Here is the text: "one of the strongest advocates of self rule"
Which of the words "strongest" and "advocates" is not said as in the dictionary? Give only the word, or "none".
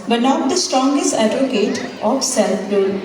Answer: advocates